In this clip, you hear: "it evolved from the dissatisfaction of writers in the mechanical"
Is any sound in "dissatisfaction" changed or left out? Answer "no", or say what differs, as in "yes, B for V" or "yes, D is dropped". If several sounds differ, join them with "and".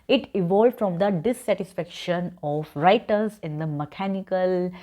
no